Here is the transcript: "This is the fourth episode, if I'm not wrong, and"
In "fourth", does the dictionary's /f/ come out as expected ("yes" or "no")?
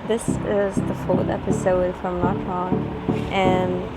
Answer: yes